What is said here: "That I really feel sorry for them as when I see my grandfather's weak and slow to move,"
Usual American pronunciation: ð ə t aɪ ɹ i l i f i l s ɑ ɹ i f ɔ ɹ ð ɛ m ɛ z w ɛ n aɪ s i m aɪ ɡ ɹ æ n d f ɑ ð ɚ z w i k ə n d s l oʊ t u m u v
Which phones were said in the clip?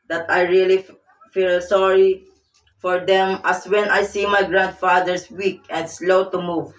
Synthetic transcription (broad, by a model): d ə t aɪ ɹ i l i f i l s ɑ ɹ i f ɔ ɹ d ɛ m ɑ s w ɛ n aɪ s i m aɪ ɡ ɹ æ n d f ɑ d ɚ s w i k ə n d s l oʊ t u m u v